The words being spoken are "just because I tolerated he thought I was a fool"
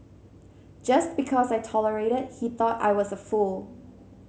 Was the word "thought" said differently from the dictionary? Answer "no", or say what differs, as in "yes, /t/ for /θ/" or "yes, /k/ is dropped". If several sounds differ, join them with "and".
no